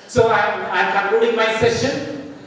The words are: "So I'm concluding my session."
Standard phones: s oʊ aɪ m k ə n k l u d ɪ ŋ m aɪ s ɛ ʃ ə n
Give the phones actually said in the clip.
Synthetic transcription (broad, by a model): s oʊ aɪ m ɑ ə k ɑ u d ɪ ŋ m aɪ s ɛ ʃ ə n